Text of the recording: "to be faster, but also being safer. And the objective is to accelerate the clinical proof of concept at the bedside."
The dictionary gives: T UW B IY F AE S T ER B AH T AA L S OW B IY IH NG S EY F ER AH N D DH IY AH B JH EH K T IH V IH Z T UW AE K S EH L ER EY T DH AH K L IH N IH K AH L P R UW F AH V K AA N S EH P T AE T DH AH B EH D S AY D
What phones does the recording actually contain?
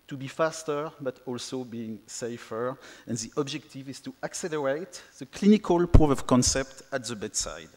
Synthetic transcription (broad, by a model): T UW B IY F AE S T ER B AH T AA L S OW B IY IH NG S EY F ER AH N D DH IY AH B JH EH K T IH V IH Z T UW AE K S EH L ER EY T DH AH K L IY N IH K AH L P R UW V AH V K AA N S EH P T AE T DH AH B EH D S AY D